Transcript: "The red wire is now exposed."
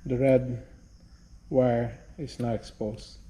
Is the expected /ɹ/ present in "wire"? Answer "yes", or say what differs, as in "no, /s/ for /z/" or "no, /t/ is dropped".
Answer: yes